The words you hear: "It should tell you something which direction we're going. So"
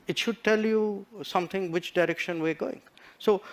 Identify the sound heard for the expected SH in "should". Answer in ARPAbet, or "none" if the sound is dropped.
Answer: SH